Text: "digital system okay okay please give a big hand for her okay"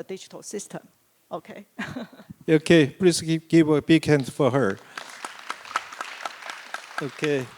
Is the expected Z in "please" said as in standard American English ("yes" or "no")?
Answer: no